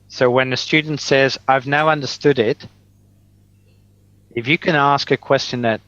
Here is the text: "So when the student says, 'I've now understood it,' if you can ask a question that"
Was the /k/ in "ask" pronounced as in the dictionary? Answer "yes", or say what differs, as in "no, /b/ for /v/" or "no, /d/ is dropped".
yes